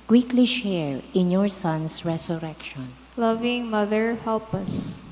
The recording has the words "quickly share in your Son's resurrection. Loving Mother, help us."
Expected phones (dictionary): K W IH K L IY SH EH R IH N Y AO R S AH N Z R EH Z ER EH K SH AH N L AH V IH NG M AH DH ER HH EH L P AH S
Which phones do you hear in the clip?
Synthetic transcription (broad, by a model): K W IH K L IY SH EH R IH N Y AO R S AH N S R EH S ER EH K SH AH N L AH V IH NG M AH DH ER HH EH L P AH S